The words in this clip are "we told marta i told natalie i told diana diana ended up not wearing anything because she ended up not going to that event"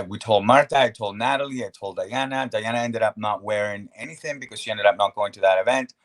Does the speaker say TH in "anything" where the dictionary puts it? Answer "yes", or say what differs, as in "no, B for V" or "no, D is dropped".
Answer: yes